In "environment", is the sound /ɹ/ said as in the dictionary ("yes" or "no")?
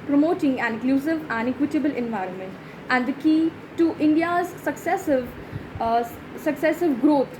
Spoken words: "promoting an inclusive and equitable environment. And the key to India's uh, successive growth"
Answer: yes